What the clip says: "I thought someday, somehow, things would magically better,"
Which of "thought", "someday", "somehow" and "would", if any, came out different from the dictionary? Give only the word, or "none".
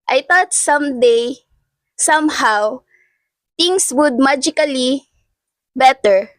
thought